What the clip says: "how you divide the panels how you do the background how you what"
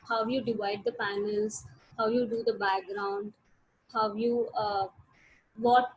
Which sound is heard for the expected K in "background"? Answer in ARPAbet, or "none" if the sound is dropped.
K